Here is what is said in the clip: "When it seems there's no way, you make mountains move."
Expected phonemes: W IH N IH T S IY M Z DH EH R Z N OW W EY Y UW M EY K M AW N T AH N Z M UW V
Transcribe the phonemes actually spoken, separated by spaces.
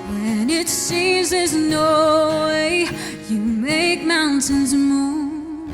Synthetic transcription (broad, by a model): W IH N IH T S IY M Z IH Z N OW W EY Y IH M EY K M AW N T AH N Z M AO